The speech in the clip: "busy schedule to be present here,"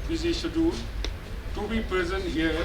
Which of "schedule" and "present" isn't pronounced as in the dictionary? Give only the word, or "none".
schedule